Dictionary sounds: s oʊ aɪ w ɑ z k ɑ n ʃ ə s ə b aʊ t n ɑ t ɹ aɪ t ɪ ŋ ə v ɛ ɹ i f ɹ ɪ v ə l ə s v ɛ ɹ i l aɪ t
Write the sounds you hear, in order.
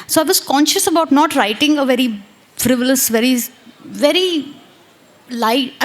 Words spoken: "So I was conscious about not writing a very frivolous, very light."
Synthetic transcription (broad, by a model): s oʊ aɪ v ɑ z k ɑ n ʃ ə s ə b aʊ t n ɑ t ɹ aɪ t ɪ ŋ ə v ɛ ɹ i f ɹ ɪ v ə l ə s v ɛ ɹ i l aɪ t